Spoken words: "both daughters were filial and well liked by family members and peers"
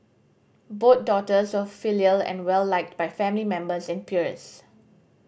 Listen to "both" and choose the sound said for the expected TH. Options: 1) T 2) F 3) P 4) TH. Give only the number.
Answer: 1